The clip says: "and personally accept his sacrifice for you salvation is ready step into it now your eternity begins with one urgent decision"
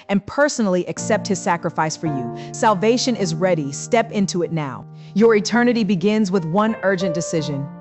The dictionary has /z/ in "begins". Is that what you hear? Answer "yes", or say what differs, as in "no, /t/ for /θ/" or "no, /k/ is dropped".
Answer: yes